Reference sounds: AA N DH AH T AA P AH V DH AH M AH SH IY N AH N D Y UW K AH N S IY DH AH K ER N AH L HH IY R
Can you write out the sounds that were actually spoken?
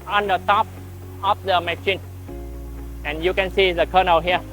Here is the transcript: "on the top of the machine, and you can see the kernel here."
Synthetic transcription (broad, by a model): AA N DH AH T AA P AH F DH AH M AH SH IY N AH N Y UW K AH N S IY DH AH K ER N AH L HH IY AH